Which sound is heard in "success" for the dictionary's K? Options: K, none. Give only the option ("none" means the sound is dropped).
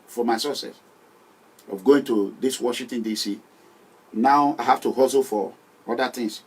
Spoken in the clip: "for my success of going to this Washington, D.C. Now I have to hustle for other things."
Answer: none